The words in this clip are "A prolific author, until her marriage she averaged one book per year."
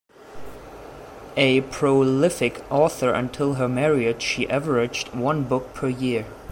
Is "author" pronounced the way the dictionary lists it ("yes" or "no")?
yes